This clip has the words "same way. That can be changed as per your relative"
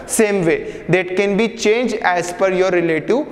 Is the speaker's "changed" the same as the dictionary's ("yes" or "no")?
no